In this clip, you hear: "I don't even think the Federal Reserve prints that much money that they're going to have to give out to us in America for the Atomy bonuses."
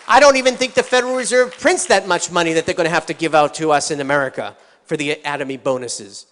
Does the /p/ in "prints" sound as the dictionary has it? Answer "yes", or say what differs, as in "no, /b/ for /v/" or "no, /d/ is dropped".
yes